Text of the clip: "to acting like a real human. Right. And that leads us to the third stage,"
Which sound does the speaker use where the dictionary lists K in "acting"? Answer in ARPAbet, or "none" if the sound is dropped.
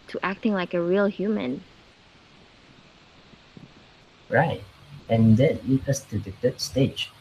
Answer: K